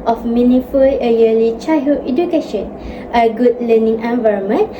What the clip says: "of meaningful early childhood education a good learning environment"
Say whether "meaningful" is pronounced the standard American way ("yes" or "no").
no